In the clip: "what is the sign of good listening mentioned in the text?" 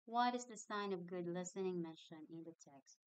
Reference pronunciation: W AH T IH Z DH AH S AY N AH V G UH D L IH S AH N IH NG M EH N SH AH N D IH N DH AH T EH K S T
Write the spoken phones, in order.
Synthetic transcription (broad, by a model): W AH T IH Z DH AH S AY N AH V G UH D L IH S AH N IH NG M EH N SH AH N IH N DH AH T EH K S T